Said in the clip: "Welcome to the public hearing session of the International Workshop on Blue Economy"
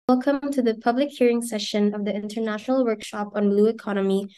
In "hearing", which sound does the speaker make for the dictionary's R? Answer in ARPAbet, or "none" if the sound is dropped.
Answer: R